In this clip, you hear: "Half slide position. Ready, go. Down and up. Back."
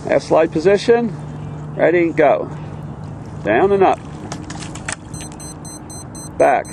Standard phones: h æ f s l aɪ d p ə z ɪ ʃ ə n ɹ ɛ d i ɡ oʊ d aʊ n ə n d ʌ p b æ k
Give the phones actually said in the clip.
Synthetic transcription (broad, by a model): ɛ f s l aɪ d p ə z ɪ ʃ ə n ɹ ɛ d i ɡ oʊ d aʊ n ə n ʌ p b æ k